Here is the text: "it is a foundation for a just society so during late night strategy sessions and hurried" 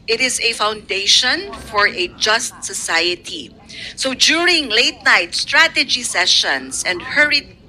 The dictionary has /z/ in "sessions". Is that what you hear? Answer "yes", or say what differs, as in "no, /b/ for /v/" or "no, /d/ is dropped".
no, /s/ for /z/